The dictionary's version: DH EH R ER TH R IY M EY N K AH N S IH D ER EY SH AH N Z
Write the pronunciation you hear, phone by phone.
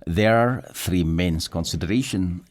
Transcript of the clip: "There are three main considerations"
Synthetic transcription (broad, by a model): DH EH R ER TH R IY M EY N K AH N S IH D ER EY SH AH N